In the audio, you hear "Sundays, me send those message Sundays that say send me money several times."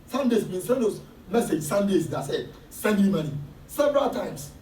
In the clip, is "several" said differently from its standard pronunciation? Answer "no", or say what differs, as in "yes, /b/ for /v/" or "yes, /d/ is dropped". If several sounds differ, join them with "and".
no